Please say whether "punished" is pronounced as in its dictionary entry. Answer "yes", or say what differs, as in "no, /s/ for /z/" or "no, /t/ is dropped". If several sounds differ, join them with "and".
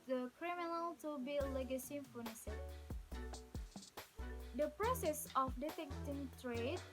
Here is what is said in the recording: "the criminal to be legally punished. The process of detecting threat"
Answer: no, /f/ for /p/